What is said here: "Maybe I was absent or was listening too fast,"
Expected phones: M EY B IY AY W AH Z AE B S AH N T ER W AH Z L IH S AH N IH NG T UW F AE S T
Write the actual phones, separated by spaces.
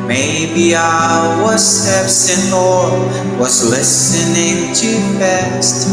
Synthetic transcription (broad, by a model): M EY B IY AY W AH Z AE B S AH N AO W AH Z L IH S AH N IH NG T UW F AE S T